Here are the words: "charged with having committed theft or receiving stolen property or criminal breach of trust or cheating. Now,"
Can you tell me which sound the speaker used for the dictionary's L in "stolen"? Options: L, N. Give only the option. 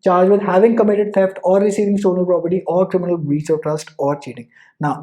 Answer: N